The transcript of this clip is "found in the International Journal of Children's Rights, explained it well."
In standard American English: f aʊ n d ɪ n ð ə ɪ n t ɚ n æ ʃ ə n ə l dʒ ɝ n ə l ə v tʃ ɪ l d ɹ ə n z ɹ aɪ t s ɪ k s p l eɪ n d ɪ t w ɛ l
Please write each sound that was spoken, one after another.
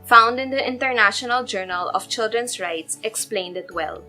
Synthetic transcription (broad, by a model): f aʊ n d ɪ n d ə ɪ n t ɚ n æ ʃ ə n ə l dʒ ɝ n ə l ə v tʃ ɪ l d ɹ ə n s ɹ aɪ t s ɪ k s p l eɪ n d ɪ t w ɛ l